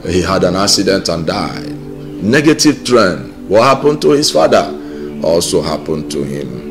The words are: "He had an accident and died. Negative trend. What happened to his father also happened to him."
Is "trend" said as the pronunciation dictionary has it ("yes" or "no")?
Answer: yes